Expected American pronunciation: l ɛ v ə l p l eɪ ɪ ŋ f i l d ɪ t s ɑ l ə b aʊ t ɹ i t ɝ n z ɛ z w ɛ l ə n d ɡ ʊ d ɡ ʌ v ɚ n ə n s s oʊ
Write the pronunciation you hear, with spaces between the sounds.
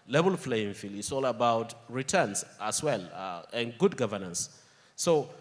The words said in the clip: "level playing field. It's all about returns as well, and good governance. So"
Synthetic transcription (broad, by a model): l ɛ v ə l f l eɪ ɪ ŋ f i l ɪ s ɑ l ə b aʊ t ɹ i t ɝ n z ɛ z w ɛ l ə n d ɡ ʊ d ɡ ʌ v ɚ n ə n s s oʊ